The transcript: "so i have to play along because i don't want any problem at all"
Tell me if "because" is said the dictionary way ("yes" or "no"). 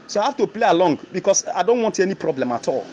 no